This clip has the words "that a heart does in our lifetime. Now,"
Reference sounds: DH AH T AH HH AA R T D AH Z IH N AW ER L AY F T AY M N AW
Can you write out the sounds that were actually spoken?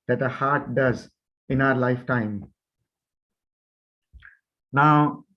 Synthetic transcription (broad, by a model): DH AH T AH HH AA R T D AH Z IH N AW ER L AY F T AY M N AW